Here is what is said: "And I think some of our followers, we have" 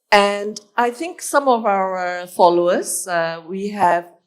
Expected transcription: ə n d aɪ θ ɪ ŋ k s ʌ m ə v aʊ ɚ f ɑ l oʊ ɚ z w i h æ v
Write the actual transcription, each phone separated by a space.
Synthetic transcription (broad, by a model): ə n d aɪ θ ɪ ŋ k s ʌ m ə v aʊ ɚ f ɑ l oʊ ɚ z w i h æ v